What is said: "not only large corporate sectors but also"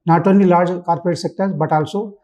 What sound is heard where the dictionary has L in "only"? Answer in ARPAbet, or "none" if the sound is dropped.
none